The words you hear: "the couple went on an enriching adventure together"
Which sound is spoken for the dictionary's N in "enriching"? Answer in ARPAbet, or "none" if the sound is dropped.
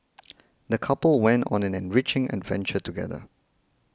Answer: N